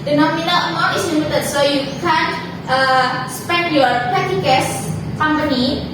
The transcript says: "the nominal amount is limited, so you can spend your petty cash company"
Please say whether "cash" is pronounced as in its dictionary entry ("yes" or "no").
no